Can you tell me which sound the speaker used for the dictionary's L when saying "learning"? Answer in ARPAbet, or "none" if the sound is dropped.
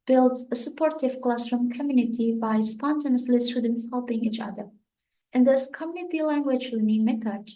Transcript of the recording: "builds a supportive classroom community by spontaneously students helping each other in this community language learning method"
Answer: W